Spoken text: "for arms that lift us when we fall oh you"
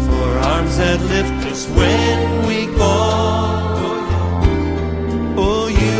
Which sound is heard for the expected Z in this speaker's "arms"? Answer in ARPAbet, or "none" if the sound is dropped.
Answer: Z